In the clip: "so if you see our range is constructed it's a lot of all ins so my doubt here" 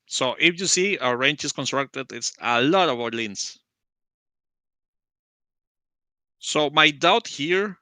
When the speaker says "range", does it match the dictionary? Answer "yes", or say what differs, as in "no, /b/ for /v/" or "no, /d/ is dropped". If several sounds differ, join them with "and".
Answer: no, /tʃ/ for /dʒ/